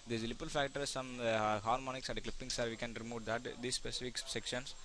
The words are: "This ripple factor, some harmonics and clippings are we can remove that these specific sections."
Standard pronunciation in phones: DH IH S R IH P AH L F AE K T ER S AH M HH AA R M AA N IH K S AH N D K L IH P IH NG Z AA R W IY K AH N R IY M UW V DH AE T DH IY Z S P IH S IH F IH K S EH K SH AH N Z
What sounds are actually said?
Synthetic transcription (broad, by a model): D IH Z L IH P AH L F AE K T ER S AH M HH AA R M AA N IH K S AH N D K L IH P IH NG S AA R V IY K AH N R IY M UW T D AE T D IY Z S P IH S IH F IH K S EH K SH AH N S